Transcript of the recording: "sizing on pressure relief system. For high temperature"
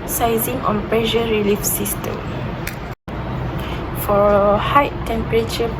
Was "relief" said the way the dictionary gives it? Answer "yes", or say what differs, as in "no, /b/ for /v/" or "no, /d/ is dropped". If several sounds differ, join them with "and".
yes